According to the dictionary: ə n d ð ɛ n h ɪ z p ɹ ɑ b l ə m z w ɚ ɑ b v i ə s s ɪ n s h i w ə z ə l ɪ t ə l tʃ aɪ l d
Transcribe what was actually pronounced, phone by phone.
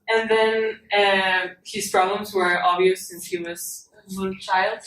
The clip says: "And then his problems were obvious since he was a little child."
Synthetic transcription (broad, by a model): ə n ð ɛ n h ɪ z p ɹ ɑ b l ə m z w ɚ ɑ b v i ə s s ɪ n s h i w ə z ə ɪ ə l tʃ aɪ l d